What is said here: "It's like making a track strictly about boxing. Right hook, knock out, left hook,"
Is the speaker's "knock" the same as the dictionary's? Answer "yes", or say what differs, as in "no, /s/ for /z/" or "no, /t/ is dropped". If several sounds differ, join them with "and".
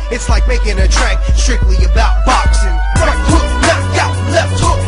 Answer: no, /k/ is dropped